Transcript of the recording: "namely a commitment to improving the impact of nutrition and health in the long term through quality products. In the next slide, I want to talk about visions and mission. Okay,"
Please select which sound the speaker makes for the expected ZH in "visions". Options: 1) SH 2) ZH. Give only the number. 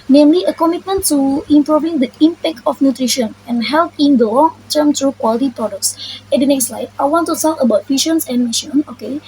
1